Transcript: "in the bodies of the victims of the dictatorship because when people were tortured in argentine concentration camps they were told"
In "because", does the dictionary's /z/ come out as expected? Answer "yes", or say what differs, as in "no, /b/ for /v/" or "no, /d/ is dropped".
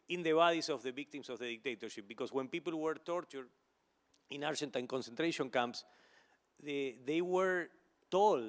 no, /s/ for /z/